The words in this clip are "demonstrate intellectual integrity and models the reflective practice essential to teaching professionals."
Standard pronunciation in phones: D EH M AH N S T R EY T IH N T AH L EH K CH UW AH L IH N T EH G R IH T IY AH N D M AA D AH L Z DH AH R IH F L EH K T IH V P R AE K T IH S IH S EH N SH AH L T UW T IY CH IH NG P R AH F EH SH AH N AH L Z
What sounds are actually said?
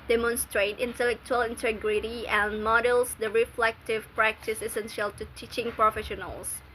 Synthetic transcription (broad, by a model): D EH M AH N S T R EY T IH N T AH L EH K CH UW AH L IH N T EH G R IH T IY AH N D M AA D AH L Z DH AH R IH F L EH K T IH V P R AE K T IH S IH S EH N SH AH L T UW T IY CH IH NG P R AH F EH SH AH N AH L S